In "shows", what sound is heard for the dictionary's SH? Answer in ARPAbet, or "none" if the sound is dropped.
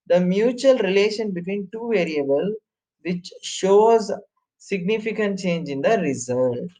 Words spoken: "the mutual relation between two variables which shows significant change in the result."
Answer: SH